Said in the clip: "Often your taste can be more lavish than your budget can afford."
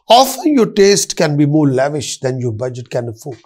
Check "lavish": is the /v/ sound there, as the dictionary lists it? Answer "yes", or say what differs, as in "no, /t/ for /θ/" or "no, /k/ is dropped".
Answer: yes